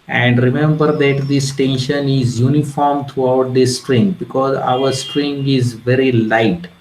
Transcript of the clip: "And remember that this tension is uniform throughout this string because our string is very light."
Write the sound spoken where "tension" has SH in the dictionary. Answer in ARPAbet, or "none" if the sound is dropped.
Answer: SH